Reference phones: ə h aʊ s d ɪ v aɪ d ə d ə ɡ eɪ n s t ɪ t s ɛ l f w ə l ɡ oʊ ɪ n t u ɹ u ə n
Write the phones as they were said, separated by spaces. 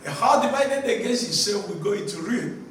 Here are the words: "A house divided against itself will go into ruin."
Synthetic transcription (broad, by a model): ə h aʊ d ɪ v aɪ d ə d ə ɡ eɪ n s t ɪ s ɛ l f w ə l ɡ oʊ ɪ n t u ɹ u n